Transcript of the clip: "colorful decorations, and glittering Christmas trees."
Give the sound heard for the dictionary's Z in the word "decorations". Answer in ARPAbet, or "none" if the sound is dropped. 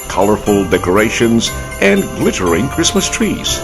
Z